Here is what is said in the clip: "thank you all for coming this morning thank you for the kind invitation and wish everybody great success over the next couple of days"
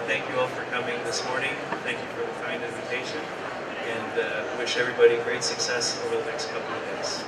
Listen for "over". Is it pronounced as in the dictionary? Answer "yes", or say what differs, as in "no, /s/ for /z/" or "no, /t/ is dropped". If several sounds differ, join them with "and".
no, /v/ is dropped